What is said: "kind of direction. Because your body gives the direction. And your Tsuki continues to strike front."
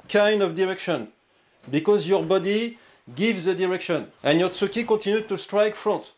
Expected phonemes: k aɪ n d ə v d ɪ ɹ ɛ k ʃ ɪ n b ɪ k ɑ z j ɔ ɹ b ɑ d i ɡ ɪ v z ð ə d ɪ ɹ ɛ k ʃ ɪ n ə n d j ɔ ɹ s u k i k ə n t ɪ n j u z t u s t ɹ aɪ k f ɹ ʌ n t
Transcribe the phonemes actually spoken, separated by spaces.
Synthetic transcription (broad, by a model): k aɪ n d ə v d ɪ ɹ ɛ k ʃ ɪ n b ɪ k ɑ z j ɔ ɹ b ɑ d i ɡ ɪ v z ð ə d ɪ ɹ ɛ k ʃ ɪ n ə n j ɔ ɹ s u k i k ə t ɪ n j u t u s t ɹ aɪ k f ɹ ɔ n t